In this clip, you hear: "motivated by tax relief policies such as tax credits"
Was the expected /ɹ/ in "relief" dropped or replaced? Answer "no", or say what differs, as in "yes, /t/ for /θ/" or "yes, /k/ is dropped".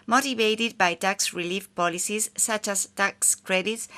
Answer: no